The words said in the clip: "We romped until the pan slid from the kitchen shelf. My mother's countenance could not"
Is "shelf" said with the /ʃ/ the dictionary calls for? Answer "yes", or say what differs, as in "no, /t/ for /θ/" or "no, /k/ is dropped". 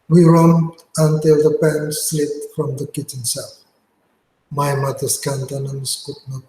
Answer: no, /s/ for /ʃ/